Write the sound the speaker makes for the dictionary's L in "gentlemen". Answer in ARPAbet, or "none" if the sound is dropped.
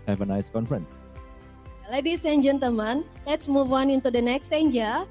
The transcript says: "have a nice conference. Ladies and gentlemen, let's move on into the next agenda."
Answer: none